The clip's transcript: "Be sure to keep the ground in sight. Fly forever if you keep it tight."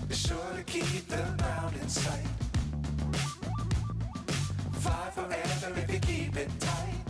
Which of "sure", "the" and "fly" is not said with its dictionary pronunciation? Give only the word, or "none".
fly